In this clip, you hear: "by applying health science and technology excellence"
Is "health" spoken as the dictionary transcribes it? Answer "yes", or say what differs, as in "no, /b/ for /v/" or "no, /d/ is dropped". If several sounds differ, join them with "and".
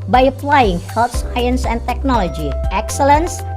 no, /t/ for /θ/